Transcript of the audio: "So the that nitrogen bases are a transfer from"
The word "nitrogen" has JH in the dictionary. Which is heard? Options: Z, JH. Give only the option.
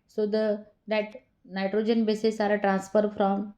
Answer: JH